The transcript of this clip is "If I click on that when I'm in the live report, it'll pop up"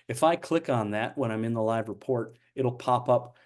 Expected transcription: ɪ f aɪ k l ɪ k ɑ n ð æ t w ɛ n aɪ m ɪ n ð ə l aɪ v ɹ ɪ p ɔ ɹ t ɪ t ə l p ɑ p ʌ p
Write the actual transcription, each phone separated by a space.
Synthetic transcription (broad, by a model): ɪ f aɪ k l ɪ k n ð æ t w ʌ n aɪ m ɪ n ð ə l aɪ v ɹ ɪ p ɔ ɹ t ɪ t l p ɑ p ʌ p